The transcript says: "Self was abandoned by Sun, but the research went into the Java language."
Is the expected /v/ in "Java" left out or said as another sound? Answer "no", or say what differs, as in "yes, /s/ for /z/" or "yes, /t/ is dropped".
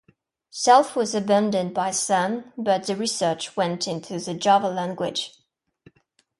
no